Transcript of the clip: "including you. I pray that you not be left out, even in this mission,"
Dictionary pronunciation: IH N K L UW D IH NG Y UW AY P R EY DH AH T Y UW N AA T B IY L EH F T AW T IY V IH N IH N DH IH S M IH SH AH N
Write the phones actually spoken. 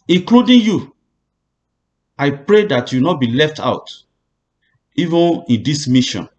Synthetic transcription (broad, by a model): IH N K L UW D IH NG Y UW AY P R EY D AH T Y UW N AA T B IY L EH F T AW T IY V IH N IH N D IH S M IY SH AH N